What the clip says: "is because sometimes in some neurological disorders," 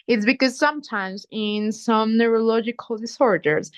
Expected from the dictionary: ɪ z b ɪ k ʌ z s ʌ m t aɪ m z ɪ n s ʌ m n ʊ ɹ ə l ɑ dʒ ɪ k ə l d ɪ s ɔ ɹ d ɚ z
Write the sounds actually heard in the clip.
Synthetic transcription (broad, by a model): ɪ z b ɪ k ʌ z s ʌ m t aɪ m z ɪ n s ʌ m n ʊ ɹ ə l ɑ dʒ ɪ k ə l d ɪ s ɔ ɹ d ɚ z